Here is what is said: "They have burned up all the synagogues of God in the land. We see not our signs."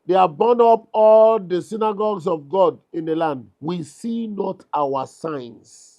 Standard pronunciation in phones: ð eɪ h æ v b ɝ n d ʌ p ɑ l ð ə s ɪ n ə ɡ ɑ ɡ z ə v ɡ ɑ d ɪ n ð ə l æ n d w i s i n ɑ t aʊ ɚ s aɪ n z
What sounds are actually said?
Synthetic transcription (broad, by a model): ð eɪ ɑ b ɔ n ɔ p ɑ l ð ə s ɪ n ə ɡ ɑ ɡ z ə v ɡ ɑ d ɪ n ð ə l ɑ n d w i s i n ɑ t aʊ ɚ s aɪ n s